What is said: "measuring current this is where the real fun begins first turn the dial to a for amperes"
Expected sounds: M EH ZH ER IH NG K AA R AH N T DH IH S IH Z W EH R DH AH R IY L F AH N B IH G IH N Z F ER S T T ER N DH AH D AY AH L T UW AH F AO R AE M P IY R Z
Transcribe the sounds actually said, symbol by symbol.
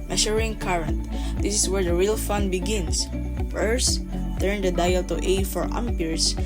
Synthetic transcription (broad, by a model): M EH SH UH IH NG K AA R AH N T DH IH S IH S W EH R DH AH R IY L F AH N B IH G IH N S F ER S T T ER N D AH D AY AH L T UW AH F AO R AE M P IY R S